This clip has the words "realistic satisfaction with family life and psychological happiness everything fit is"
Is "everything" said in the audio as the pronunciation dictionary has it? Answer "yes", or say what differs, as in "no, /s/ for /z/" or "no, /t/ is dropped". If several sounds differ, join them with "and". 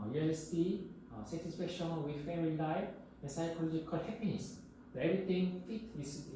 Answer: no, /t/ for /θ/